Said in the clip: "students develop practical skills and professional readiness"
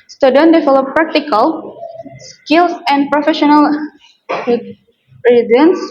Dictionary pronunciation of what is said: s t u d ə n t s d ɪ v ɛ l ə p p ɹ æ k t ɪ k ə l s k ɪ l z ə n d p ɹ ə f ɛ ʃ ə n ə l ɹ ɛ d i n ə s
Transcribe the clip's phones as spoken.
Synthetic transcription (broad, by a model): s t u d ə n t d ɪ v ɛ l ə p p ɹ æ k t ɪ k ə l s k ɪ l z ə n d p ɹ ə f ɛ ʃ ə n ə l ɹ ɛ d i n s